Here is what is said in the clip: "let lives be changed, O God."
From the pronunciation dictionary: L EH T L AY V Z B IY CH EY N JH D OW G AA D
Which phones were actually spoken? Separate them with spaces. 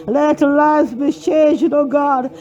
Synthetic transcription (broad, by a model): L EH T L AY Z B IY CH EY N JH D OW G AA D